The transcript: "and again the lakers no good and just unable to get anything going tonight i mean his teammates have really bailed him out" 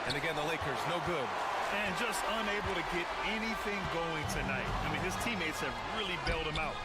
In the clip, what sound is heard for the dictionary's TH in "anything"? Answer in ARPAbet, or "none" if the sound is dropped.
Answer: TH